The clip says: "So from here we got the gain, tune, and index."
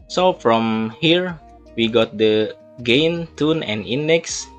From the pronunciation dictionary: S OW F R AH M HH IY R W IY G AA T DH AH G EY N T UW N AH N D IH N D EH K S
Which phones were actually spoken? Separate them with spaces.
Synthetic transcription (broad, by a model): S OW F R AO M HH IY R W IY G AA T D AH G EY N T UW N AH N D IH N D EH K S